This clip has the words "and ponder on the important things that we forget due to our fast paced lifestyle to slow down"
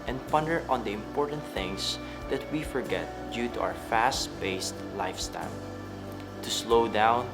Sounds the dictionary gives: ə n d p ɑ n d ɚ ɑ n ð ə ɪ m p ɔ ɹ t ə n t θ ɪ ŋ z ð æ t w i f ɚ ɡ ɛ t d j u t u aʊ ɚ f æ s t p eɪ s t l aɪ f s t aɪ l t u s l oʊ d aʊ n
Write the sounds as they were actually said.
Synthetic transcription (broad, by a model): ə n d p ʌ n d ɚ ɑ n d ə ɪ m p ɔ ɹ t ə n t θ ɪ ŋ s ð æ t w i f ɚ ɡ ɛ t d j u t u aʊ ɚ f æ s t b eɪ s t l aɪ f s t aɪ l t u s l oʊ d aʊ n